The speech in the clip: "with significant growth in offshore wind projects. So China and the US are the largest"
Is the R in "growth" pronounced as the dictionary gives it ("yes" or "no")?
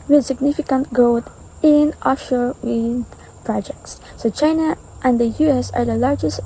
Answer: no